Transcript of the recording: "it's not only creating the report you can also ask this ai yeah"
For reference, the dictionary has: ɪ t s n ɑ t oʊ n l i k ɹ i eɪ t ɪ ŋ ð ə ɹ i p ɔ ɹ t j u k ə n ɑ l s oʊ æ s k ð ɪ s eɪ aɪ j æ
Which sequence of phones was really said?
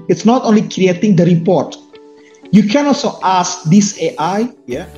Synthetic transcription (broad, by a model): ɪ t s n ɑ t oʊ n l i k ɹ i eɪ t ɪ ŋ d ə ɹ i p ɔ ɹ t j u k ə n ɑ l s oʊ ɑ s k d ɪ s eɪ aɪ j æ